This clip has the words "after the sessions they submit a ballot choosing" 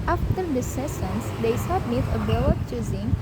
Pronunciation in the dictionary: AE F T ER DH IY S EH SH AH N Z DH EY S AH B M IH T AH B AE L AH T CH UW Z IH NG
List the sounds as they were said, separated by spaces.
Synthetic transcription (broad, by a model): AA F T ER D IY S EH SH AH N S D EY S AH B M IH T AH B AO W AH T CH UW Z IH NG